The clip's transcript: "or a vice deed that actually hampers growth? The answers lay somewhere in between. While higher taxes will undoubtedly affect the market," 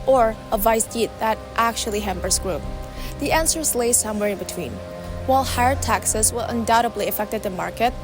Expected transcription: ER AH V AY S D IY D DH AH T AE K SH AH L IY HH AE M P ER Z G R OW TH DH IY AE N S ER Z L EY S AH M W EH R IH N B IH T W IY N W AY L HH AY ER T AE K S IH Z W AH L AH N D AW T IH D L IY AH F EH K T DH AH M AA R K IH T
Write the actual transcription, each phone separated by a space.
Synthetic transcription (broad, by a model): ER AH V AY S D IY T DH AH T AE K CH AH L IY HH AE M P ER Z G R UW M DH IY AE N S ER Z L EY S AH M W EH R IH N B IH T W IY N W AY L HH AY ER T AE K S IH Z W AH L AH N D AW T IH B L IY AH F EH K T DH AH M AA R K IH T